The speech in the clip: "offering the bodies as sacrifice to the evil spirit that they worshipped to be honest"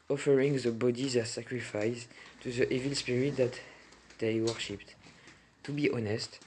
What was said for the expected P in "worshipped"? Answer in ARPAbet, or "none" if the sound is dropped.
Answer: P